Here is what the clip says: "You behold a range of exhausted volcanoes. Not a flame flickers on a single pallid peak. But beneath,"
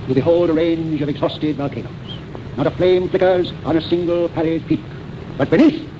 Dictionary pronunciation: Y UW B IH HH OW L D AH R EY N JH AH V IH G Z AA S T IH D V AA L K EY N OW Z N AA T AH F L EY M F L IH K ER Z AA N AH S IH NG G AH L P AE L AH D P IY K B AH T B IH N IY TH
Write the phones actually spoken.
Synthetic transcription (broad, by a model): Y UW B IH HH OW L D AH R EY N JH AH V IH G Z AA S T IH D V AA L K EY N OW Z N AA T AH F L EY M F L IH K ER Z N AH S IH NG G AH L P AE L AH D P IY K B AH T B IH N IY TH